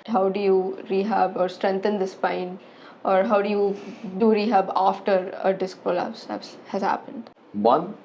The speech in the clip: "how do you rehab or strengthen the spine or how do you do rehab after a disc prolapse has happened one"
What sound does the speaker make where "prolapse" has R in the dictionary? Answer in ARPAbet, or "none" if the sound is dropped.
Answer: L